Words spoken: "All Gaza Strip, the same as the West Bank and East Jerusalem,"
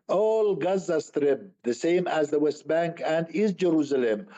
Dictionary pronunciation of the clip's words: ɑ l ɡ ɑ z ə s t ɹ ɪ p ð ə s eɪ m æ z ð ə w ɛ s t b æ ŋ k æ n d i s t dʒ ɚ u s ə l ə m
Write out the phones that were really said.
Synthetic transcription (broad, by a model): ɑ l ɡ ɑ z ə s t ɹ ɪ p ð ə s eɪ m æ z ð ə w ɛ s t b æ ŋ k æ n d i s dʒ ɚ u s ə l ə m